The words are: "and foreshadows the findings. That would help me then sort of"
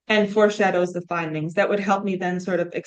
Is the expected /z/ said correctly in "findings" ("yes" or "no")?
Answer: yes